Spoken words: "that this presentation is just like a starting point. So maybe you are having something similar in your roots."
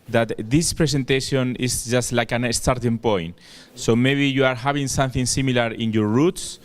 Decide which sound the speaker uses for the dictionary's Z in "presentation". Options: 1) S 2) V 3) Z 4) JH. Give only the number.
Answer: 1